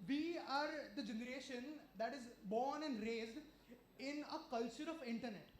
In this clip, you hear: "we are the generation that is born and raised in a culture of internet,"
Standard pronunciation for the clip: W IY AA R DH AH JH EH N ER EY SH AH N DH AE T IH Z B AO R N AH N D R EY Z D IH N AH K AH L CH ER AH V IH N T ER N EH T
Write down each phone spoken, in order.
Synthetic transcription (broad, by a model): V IY AA R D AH JH EH N ER EY SH AH N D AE T IH Z B AO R N AH N D R EY Z D IH N AH K AH L CH ER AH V IH N T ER N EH T